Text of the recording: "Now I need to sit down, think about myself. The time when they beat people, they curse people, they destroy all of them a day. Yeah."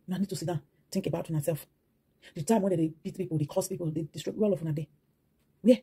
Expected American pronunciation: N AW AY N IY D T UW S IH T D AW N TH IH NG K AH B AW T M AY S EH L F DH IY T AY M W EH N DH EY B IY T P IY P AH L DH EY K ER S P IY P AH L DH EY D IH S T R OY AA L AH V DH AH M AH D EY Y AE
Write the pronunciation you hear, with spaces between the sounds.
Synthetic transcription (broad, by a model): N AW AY N IY D T UW S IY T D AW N T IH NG K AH B AW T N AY S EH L F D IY T AY M W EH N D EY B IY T P IY P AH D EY K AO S P IY P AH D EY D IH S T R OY AA L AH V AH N AH D EY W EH